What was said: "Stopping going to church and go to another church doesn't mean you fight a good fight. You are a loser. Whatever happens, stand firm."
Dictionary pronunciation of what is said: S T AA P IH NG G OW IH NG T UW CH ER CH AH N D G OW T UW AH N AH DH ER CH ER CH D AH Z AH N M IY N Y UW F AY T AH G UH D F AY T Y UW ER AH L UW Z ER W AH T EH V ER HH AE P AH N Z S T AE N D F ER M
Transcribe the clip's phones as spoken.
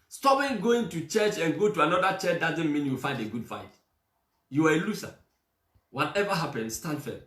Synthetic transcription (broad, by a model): S T AA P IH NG G OW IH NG T UW CH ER CH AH N G OW T UW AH N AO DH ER CH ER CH D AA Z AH N M IY N Y UW F AY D AH G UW D F AY T Y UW ER AH L UW S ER W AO T EH V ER HH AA P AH N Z S T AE N F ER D